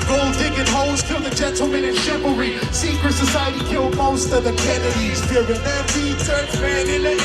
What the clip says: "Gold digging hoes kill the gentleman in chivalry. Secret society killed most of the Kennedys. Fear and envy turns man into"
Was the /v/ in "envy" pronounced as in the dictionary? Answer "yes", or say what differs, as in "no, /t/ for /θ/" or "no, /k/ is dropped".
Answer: no, /b/ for /v/